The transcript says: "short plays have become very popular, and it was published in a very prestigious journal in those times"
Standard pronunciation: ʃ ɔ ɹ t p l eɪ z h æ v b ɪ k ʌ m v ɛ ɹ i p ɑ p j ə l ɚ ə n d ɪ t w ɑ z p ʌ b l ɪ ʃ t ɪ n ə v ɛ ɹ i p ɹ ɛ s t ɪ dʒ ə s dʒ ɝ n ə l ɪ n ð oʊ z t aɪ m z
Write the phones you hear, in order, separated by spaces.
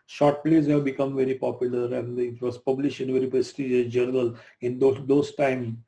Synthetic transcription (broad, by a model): ʃ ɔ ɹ t p l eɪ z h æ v b ɪ k ʌ m v ɛ ɹ i p ɑ p j ə l ɚ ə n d ɪ t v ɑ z p ʌ b l ɪ ʃ t ɪ n v ɛ ɹ i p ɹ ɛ s t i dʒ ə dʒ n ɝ ə l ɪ n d oʊ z t aɪ m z